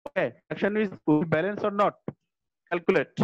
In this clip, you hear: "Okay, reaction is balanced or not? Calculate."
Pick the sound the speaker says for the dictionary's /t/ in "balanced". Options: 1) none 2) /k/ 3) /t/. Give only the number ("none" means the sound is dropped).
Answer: 1